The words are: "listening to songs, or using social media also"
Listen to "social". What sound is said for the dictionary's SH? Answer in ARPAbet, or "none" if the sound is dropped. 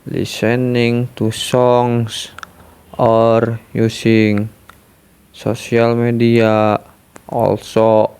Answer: S